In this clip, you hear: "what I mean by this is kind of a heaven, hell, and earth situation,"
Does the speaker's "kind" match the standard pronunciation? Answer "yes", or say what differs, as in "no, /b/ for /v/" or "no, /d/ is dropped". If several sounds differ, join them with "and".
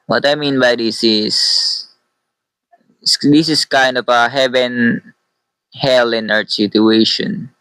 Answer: yes